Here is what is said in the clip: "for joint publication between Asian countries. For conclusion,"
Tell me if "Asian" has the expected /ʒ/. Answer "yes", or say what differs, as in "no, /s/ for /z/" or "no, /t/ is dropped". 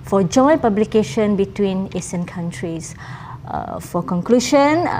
no, /s/ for /ʒ/